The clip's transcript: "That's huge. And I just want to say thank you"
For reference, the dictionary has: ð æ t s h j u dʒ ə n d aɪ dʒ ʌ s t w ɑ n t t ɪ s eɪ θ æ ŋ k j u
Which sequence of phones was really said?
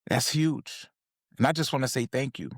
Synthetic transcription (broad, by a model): ð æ t s h j u dʒ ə n aɪ dʒ ʌ s t w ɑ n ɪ s eɪ θ æ ŋ k j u